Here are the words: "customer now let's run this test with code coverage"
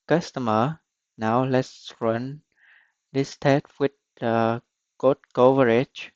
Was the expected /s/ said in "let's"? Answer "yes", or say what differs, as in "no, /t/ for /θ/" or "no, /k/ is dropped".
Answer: yes